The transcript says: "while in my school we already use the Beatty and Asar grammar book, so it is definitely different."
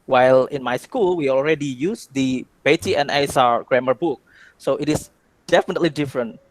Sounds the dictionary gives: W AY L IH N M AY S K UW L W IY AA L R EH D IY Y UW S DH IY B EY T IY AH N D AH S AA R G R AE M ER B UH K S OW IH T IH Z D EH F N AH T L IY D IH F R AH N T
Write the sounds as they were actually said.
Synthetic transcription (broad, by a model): W AY L IH N M AY S K UW L W IY AA L R EH D IY Y UW S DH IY B EY T IY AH N AH S AA R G R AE M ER B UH K S OW IH T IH S D EH F N AH T L IY D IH F R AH N T